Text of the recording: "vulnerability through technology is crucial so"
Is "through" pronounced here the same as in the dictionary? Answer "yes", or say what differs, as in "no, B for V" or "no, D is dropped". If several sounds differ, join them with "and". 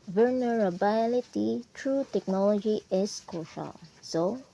no, T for TH